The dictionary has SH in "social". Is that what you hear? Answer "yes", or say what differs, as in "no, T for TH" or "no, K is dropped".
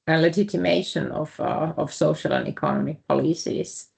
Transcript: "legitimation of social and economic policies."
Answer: yes